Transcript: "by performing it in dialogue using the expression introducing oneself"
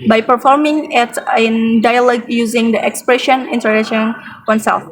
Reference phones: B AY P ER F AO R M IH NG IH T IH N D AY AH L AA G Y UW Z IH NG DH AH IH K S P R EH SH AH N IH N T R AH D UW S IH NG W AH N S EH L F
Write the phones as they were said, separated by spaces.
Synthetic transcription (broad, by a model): B AY P ER F AO R M IH NG IH T IH N D AY AH L AA G Y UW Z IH NG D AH IH K S P R EH SH AH N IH N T AH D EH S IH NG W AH N S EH L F